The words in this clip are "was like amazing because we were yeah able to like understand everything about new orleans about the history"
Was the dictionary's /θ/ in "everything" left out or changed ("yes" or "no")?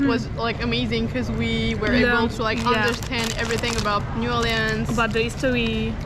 no